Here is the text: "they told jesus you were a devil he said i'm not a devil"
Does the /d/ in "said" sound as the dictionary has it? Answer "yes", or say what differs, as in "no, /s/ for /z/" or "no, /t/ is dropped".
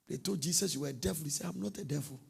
no, /d/ is dropped